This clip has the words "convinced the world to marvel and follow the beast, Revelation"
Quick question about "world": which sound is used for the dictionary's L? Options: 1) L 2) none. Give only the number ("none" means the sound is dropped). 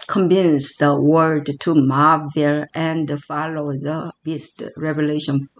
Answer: 2